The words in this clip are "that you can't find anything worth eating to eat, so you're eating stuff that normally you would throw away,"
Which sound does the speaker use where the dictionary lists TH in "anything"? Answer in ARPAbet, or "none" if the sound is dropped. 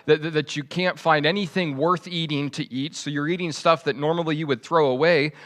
TH